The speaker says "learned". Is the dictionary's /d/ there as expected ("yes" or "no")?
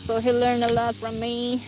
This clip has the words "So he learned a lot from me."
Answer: no